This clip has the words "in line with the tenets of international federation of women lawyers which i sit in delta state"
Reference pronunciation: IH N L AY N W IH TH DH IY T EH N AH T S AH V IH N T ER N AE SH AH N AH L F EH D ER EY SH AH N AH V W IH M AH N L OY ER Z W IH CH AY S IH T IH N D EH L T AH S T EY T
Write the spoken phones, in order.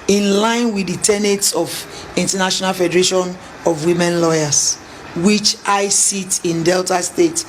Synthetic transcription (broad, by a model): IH N L AY N W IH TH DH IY T EH N AH T S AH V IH N T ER N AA SH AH N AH L F EH D ER EY SH AH N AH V W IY M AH N L OY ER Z W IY CH AY S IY T IH N D EH L T AH S T EY T